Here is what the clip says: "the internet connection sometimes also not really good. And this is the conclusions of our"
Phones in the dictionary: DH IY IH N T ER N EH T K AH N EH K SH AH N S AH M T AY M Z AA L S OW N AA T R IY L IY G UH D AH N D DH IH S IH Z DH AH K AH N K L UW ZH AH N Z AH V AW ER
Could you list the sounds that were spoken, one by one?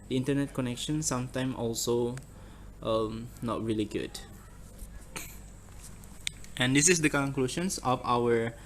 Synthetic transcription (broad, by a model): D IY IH N T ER N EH T K AH N EH K SH AH N S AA M T AY M AA L S OW N AA T R IY L IY G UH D AH N D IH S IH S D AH K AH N K L UW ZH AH N S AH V AW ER